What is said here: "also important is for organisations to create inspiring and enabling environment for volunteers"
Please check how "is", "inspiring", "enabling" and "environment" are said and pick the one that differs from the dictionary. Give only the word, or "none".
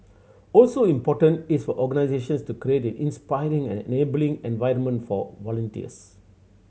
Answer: is